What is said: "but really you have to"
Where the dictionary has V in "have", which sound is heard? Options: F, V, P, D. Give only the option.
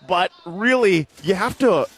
F